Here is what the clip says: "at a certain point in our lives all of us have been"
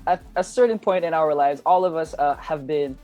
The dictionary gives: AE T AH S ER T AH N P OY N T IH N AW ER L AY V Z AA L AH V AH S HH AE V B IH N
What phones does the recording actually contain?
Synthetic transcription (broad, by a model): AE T AH S ER T N P OY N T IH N AW ER L AY V Z AA L AH V AH S HH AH V B IH N